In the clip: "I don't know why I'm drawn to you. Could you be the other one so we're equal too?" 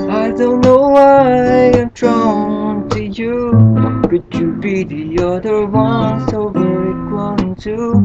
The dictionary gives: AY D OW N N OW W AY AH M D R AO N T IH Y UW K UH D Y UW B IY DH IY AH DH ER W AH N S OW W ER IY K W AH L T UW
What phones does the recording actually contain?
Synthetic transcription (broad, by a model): AY D OW N N OW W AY AH M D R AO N T IH Y UW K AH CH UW B IY DH IY AH DH ER W AH N S OW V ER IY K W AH N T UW